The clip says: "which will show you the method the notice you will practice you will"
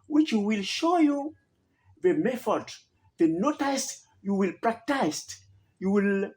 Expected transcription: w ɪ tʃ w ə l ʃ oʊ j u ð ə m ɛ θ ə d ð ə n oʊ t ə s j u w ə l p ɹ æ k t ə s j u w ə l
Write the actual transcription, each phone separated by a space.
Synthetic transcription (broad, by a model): w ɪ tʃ w ə l ʃ oʊ j u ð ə m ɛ f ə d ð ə n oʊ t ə s j u w ə l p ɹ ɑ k t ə s j u w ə l